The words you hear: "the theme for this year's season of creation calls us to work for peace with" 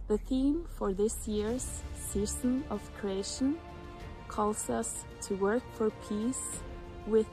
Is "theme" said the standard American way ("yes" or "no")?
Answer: yes